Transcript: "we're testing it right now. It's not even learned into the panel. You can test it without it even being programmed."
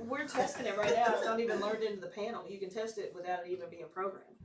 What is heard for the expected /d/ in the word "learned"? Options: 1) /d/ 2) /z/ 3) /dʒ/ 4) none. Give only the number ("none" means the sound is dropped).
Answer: 1